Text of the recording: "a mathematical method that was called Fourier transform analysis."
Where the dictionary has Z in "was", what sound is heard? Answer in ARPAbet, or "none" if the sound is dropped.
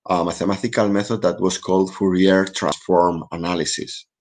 S